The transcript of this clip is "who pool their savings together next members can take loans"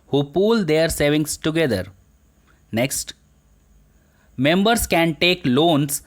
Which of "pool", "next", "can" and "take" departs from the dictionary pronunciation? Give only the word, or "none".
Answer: none